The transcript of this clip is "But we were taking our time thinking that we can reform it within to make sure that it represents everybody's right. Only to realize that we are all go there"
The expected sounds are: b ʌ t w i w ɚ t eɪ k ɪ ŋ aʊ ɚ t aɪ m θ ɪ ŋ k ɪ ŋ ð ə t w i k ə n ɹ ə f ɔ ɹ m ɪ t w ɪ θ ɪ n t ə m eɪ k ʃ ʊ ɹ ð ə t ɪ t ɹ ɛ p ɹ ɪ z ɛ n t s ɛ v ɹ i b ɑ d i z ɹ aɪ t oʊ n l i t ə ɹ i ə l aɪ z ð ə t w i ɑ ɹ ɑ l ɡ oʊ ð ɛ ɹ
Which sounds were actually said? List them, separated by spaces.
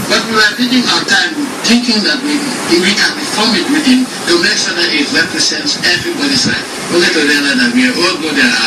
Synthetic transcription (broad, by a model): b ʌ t w i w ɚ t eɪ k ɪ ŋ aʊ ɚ t aɪ m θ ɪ ŋ k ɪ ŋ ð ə t w i k ə n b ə f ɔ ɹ m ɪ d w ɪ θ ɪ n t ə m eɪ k s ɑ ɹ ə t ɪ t ɹ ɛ p ɹ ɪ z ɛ n t s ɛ v ɹ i b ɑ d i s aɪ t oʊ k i t ə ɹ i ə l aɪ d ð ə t w i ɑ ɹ ɑ l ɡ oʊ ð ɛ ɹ